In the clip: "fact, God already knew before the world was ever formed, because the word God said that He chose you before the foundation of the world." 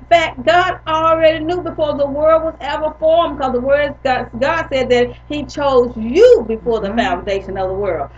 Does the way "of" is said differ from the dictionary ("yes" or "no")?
no